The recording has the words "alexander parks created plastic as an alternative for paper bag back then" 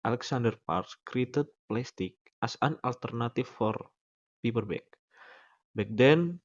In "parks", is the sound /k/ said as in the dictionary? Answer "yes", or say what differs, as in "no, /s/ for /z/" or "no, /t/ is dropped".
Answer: no, /k/ is dropped